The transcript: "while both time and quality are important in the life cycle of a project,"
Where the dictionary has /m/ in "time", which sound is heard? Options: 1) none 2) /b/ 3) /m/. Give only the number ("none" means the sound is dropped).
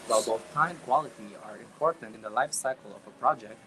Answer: 1